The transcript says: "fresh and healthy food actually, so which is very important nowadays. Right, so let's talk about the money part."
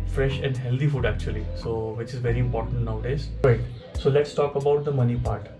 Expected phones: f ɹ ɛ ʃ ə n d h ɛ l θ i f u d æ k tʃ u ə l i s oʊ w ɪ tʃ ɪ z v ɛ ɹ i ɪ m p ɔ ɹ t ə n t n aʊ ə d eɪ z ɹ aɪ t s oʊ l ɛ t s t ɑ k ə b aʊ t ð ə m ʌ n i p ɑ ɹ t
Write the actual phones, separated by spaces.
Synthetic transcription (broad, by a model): f ɹ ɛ ʃ ə n d h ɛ l t i f u d æ k tʃ u ə l i s oʊ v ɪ tʃ ɪ z v ɛ ɹ i ɪ m p ɔ ɹ t ə n t n aʊ ə d eɪ z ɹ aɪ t s oʊ l ɛ t s t ɑ k ə b aʊ t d ə m ʌ n i p ɑ ɹ t